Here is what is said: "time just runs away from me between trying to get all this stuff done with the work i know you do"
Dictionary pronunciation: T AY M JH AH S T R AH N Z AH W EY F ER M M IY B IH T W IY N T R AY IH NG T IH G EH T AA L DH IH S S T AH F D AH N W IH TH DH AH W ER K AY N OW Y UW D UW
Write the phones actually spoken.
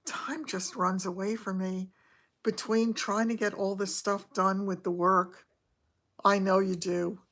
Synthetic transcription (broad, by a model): T AY M JH AH S T R AH N Z AH W EY F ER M M IY B IH T W IY N T R AY IH NG T IH G EH T AA L DH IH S S T AH F D AH N W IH DH AH W ER K AY N OW Y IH D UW